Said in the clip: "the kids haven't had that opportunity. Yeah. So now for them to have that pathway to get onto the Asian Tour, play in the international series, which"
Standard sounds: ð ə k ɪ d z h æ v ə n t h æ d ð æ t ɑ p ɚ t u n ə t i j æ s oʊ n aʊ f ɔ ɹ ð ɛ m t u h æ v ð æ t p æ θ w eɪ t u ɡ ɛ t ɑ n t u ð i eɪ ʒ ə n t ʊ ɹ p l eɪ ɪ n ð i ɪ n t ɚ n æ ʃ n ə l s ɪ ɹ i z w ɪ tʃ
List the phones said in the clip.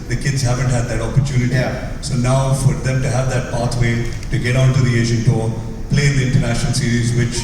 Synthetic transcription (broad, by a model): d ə k ɪ d z h æ v ə n t h æ d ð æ t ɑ p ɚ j u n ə t i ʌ s oʊ n aʊ f ɔ ɹ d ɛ m t u h æ v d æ t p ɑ t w eɪ t u ɡ ɛ t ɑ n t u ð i eɪ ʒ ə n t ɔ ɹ p l eɪ ɪ n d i ɪ n t ɚ n æ ʃ n ə l s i ɹ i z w ɪ tʃ